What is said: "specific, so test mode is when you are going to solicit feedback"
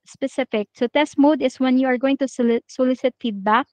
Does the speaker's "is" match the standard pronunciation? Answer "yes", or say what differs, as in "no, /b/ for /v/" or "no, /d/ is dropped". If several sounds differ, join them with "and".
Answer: no, /s/ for /z/